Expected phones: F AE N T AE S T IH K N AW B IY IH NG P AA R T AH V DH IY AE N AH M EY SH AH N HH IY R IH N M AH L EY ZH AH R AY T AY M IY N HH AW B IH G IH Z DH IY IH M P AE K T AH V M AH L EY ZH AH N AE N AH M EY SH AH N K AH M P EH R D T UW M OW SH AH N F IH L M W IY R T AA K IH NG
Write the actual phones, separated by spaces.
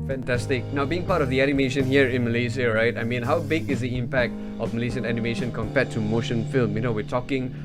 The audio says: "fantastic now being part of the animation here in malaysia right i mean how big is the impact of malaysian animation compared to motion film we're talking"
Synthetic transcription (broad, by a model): F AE N T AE S T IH K N AW B IY IH NG P AA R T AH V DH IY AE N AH M EY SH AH N HH IY R IH N M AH L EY S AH R AY T AY M IY N HH AW B IH G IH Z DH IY IH M P AE K T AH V M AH L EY S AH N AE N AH M EY SH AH N K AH M P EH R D T UW M OW SH AH N F IH L M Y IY W T AA K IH NG